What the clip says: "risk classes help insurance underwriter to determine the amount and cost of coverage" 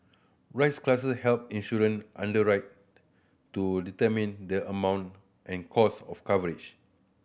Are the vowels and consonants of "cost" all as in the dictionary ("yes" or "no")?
no